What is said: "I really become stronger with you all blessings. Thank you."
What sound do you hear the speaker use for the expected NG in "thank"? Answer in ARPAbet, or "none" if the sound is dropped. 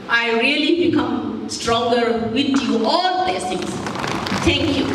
none